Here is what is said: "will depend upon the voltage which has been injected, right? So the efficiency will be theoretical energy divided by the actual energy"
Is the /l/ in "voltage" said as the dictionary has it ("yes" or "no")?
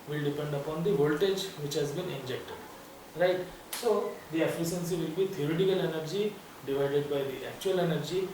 yes